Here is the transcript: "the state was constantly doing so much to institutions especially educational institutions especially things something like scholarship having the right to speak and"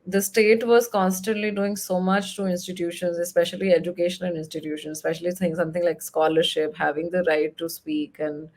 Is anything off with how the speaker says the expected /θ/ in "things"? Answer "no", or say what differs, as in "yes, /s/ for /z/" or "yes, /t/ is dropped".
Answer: yes, /s/ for /θ/